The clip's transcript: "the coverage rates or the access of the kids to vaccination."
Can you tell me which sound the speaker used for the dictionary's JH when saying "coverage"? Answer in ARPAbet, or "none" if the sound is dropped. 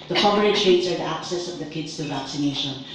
CH